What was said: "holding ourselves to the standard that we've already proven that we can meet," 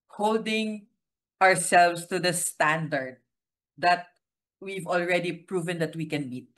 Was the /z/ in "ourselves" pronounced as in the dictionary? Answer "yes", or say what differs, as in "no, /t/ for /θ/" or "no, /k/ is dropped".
no, /s/ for /z/